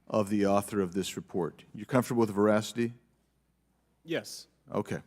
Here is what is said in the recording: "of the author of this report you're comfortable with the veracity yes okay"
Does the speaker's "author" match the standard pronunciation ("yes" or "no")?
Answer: yes